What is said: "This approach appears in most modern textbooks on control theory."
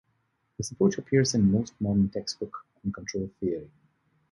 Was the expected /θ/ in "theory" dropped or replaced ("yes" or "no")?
no